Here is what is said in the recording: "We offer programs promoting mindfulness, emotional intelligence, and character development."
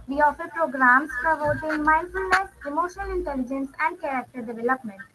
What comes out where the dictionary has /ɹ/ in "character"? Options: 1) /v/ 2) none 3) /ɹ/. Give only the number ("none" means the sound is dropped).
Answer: 3